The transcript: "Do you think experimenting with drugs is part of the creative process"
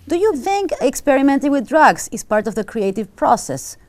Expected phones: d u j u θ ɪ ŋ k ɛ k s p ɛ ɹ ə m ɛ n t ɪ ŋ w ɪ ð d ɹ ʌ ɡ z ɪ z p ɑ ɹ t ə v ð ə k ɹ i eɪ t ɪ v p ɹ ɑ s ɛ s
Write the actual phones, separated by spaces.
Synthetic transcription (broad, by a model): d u j u θ ɪ ŋ k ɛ k s p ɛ ɹ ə m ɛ n t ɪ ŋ w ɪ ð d ɹ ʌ ɡ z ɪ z p ɑ ɹ t ə v ð ə k ɹ i eɪ t ɪ v p ɹ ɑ s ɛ s